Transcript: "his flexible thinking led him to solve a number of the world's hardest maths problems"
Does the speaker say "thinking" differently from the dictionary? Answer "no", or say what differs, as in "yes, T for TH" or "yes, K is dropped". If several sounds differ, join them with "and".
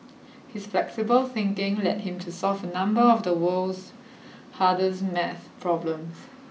no